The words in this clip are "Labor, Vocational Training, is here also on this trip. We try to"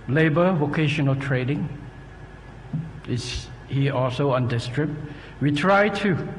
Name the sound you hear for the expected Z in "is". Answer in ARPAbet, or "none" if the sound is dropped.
S